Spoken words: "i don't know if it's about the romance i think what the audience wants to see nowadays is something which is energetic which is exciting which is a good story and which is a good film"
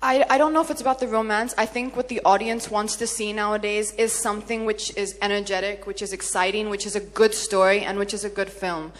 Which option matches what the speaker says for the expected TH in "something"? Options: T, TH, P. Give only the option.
TH